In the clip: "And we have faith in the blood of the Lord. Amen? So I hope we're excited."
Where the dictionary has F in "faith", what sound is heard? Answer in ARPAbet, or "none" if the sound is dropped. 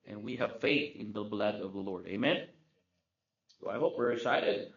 F